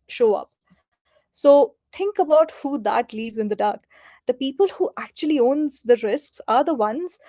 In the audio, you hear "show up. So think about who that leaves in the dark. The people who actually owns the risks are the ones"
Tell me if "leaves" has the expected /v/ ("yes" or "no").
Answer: yes